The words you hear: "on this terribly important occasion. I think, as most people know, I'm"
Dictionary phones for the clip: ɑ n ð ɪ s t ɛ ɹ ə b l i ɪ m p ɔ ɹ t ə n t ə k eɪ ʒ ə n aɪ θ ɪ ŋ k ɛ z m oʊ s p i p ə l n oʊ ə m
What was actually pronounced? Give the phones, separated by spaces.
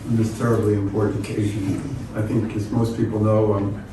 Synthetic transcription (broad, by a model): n ð ɪ s t ɛ ɹ ə b l i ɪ m p ɔ ɹ t n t ə k eɪ ʒ ə n aɪ θ ɪ ŋ k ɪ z m oʊ s p i p l n oʊ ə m